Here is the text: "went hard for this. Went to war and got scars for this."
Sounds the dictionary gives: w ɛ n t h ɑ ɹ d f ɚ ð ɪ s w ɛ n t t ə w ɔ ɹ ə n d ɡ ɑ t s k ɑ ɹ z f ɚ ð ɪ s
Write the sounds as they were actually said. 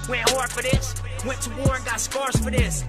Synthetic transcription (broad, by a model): w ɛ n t h ɑ ɹ d f ɚ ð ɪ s w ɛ n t t ə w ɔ ɹ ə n ɡ ɑ t s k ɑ ɹ s f ɚ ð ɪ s